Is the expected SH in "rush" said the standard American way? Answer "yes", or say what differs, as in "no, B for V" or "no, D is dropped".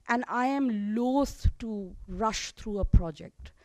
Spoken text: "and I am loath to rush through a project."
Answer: yes